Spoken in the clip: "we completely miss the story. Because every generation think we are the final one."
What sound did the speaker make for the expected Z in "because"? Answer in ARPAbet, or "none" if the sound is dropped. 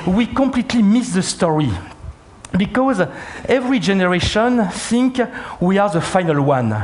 Z